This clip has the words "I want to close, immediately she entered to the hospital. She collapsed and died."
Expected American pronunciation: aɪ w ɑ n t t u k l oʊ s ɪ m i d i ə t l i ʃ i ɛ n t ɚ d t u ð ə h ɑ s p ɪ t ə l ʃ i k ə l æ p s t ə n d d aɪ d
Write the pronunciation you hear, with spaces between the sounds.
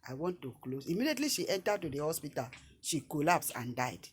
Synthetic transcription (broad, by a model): aɪ w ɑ n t t u k l oʊ s ɪ m i d i ə t l i ʃ i ɛ n t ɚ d t u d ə h ɑ s p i t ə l ʃ i k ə l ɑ p s ə n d d aɪ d